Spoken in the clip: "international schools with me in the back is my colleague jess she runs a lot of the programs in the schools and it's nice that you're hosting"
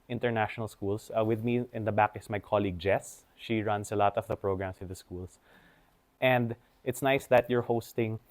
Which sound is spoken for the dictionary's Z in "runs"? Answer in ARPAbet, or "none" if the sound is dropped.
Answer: S